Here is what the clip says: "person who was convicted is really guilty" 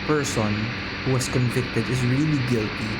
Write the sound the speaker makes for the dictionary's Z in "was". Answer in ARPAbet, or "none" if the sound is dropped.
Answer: S